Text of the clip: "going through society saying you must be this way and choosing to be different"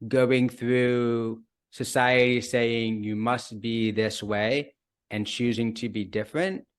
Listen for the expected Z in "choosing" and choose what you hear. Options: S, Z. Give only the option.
Z